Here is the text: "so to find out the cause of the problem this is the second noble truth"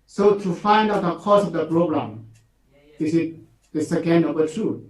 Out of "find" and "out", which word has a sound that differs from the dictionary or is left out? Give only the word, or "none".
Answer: none